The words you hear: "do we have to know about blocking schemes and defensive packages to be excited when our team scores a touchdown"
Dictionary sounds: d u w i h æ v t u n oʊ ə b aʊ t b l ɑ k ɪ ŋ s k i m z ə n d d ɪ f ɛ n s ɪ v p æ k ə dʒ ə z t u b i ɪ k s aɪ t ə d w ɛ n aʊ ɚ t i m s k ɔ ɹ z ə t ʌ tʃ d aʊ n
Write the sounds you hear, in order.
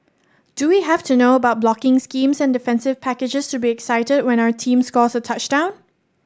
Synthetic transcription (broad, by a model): d u w i h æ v t u n oʊ ə b aʊ t b l ɑ k ɪ ŋ s k i m s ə n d d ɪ f ɛ n s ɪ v p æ k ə dʒ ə s t u b i ɪ k s aɪ t ə d w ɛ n aʊ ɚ t i m s k ɔ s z ə t ʌ tʃ d aʊ n